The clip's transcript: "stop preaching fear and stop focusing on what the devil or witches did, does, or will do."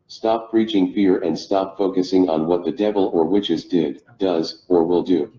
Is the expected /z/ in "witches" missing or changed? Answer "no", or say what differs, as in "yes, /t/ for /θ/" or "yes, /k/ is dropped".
no